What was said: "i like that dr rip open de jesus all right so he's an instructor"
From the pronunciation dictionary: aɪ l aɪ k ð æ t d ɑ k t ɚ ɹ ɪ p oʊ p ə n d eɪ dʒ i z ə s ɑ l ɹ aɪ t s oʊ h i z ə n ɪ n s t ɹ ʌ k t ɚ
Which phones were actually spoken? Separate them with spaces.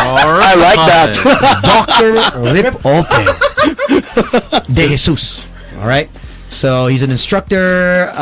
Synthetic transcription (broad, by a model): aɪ l aɪ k ð æ t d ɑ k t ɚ ɹ ɪ p oʊ ə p d eɪ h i s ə s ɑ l ɹ aɪ t s oʊ h i z ə n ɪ n s t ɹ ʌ k t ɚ